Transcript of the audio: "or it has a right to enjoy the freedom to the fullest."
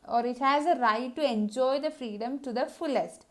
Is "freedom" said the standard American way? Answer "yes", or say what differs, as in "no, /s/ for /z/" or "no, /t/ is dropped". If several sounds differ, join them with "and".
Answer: yes